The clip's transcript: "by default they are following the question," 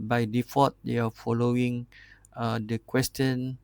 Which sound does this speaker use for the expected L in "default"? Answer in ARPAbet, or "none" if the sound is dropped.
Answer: none